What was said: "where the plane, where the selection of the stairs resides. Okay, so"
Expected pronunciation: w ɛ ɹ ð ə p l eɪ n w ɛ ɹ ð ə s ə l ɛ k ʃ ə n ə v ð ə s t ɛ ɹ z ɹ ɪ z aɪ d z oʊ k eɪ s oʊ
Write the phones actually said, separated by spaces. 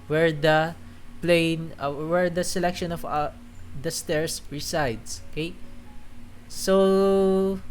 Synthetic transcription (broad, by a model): w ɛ ɹ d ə p l eɪ n w ɛ ɹ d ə s ə l ɛ k ʃ ə n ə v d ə s t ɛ ɹ s ɹ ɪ s aɪ d s oʊ k eɪ s oʊ